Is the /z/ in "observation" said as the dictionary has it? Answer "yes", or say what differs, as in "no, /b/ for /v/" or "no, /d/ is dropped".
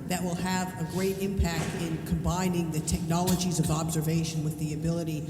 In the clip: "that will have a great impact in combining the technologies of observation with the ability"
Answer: yes